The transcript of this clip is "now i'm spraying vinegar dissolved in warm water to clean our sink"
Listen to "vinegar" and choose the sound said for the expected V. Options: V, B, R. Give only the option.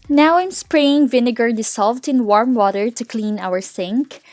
V